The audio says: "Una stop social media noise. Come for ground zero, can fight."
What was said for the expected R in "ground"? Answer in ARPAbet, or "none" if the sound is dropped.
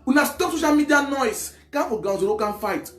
none